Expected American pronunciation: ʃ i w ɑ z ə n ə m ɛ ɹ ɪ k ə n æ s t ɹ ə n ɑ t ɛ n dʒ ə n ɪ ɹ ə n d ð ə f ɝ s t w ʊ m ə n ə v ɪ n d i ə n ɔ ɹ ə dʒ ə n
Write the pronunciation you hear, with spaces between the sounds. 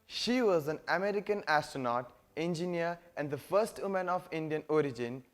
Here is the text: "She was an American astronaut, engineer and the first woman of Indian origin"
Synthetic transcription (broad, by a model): ʃ i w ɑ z ə n ə m ɛ ɹ ɪ k ə n æ s t ɹ ə n ɑ t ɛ n dʒ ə n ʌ ɹ ə n d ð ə f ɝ s t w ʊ m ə n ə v ɪ n d i ə n ɔ ɹ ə dʒ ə n